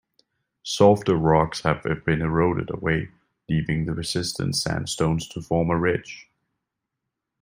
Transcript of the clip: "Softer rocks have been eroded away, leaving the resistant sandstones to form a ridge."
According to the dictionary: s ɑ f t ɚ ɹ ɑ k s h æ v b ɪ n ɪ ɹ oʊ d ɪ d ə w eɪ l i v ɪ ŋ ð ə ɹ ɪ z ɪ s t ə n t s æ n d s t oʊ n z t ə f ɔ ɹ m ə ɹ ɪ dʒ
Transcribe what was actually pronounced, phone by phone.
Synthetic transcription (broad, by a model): s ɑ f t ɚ ɹ ɑ k s h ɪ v b ɪ n ɪ ɹ oʊ d ɪ d ə w eɪ l i v ɪ ŋ ð ə ɹ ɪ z ɪ s t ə n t s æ n s t oʊ n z t ə f ɔ ɹ m ə ɹ ɪ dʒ